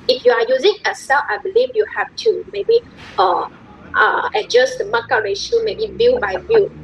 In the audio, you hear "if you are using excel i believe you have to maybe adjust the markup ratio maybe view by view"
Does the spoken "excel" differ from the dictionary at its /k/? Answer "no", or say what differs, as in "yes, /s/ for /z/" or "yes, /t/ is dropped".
yes, /k/ is dropped